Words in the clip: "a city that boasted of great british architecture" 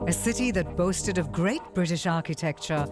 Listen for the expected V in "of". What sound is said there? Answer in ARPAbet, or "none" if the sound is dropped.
V